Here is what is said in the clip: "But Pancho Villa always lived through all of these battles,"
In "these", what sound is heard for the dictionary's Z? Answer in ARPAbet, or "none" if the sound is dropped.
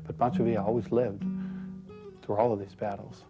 Z